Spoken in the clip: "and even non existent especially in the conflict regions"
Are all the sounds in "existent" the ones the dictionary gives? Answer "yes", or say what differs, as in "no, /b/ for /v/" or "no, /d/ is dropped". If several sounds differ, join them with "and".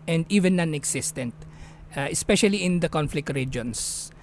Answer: no, /s/ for /z/